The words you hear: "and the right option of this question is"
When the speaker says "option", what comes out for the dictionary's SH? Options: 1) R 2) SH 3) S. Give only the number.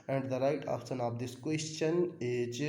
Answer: 3